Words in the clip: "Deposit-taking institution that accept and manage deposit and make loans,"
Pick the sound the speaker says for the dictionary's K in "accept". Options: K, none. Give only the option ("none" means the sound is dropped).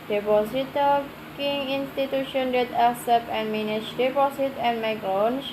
none